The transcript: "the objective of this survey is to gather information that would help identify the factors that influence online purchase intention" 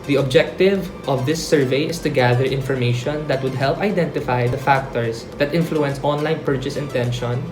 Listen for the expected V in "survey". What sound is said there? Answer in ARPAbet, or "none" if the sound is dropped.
V